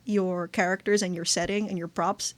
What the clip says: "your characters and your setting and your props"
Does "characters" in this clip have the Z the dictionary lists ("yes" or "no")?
yes